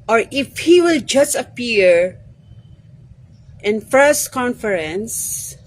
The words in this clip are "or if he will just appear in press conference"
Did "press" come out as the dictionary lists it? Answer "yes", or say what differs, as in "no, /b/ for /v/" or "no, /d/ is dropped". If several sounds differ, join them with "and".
no, /f/ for /p/